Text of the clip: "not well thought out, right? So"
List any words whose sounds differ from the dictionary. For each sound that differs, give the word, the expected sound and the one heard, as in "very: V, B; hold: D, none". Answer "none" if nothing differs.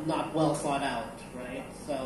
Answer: thought: TH, F